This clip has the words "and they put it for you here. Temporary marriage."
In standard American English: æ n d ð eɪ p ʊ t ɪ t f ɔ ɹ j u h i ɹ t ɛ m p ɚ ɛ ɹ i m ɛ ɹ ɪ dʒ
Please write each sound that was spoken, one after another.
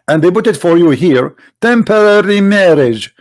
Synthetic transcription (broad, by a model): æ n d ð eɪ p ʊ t ɪ t f ɔ ɹ j u h i ɹ t ɛ m p ɚ ɛ ɹ i m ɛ ɹ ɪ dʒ